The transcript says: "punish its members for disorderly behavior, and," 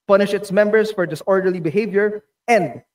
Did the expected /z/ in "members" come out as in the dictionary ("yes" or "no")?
no